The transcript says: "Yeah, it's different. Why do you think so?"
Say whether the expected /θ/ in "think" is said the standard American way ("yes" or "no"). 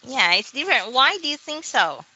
yes